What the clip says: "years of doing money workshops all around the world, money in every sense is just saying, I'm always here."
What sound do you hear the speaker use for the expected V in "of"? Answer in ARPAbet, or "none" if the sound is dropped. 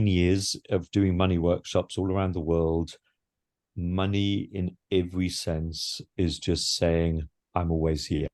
V